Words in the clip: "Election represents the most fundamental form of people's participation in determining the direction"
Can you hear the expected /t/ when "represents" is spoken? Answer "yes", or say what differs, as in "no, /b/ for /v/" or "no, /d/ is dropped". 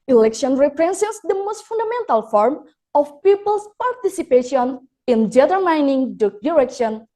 no, /s/ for /t/